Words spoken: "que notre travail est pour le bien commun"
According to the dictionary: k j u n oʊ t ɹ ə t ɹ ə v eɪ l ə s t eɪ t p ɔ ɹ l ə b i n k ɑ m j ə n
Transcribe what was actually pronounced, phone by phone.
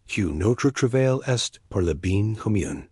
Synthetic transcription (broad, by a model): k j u n oʊ t ɹ ə t ɹ ə v eɪ l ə s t t p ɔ ɹ l ə b i n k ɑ m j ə n